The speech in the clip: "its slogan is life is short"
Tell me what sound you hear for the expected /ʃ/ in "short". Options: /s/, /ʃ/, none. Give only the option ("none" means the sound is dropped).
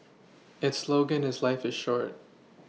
/ʃ/